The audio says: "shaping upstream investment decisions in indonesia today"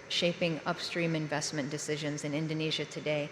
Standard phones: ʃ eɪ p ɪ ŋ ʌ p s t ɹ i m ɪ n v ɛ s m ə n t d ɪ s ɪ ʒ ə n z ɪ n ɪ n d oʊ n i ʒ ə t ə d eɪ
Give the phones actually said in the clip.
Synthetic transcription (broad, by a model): ʃ eɪ p ɪ ŋ ʌ p s t ɹ i m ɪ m v ɛ s m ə n d ɪ s ɪ ʒ ə n z ɪ n ɪ n d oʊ n i ʒ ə t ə d eɪ